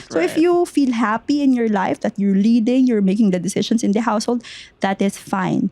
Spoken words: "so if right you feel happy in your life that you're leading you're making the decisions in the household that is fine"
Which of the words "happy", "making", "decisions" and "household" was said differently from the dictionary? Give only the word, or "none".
decisions